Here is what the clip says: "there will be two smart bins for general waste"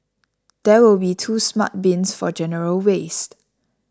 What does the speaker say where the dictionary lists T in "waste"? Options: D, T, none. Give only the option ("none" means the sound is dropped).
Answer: T